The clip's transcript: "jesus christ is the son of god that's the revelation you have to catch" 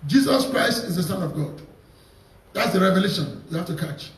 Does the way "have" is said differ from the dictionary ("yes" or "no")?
yes